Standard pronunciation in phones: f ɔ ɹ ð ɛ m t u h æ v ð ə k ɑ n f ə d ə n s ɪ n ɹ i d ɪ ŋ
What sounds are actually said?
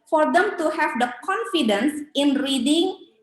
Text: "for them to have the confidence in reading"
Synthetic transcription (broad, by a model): f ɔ ɹ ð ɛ m t u h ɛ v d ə k ɑ n f ə d ə n s ɪ n ɹ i d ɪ ŋ